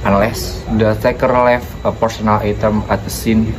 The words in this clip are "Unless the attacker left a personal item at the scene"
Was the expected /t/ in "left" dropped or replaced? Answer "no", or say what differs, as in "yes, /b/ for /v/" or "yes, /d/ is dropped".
yes, /t/ is dropped